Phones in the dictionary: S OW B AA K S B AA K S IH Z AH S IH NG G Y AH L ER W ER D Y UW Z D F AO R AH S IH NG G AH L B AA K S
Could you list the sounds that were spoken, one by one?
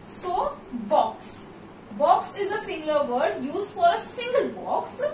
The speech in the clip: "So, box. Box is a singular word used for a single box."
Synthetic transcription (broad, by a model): S OW B AA K S B AA K S IH Z AH S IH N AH ER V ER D Y UW Z D F AO R AH S IH NG G AH L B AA K S